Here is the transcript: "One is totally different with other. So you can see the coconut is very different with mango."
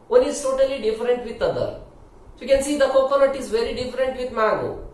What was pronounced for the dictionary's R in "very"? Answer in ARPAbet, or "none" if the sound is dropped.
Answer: R